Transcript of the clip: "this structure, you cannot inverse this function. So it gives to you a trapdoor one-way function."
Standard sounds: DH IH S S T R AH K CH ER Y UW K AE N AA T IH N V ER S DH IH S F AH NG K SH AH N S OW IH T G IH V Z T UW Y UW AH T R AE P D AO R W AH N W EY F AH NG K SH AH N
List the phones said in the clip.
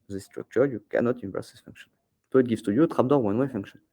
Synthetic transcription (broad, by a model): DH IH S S T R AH K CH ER Y UW K AE N AA T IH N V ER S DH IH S F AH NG K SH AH N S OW IH T G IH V T UW Y UW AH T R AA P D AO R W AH N W EY F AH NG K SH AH N